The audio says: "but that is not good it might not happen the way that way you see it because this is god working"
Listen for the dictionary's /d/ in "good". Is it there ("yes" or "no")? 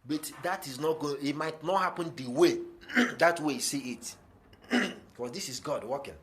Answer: no